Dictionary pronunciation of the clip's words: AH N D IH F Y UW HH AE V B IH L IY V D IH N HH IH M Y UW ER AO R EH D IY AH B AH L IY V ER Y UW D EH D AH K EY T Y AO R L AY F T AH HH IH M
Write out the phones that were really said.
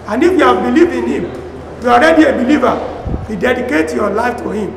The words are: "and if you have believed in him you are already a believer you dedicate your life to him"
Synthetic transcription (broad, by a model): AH N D IH F Y UW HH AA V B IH L IY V IH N HH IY M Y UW AO R EH D IY AH B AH L IY V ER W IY D EH D AH K EY T Y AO L AY F T AH HH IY M